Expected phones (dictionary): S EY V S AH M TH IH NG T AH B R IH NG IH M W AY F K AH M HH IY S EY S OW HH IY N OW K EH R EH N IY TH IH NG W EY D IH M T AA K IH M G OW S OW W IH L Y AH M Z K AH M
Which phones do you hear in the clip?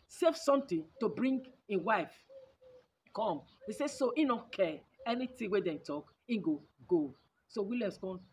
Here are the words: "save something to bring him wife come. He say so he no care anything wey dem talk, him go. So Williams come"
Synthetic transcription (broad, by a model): S EY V S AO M T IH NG T AH B R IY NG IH W AY F K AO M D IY S EY S OW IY N OW K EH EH N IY T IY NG W EY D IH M T AA K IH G G OW S OW W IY L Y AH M S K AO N